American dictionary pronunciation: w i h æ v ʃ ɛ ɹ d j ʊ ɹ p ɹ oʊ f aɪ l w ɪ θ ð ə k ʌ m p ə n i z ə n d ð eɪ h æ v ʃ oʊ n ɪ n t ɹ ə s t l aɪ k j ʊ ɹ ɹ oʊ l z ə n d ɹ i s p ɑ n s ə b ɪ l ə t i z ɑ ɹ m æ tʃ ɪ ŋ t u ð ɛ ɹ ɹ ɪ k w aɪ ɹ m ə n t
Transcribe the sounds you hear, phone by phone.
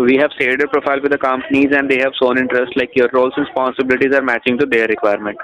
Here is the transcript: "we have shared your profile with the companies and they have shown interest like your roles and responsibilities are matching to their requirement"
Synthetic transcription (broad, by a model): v i h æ v s ɛ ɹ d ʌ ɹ p ɹ oʊ f aɪ l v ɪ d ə k ʌ m p ə n i z ə n d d eɪ h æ v s oʊ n ɪ n t ɹ ə s t l aɪ k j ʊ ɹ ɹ oʊ l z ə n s p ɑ n s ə b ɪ l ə t i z ɑ ɹ m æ tʃ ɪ ŋ t u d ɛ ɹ ɹ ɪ k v aɪ ɹ m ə n t